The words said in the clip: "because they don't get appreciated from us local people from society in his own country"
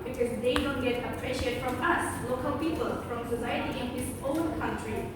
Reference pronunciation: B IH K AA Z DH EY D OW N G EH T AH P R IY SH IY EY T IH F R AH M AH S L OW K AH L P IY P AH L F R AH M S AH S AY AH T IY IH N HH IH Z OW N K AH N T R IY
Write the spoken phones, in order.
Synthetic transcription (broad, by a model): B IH K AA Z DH EY D OW N G EH T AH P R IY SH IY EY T F R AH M AH S L OW K AH L P IY P AH L F R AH M S AH S AY AH T IY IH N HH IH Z OW N K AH N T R IY